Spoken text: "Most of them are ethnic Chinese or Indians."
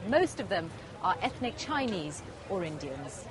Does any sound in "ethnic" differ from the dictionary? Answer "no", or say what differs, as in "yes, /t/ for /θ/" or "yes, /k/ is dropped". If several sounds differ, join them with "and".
no